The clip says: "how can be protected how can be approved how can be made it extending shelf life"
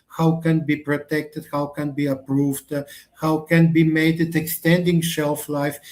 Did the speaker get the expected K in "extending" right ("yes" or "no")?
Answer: yes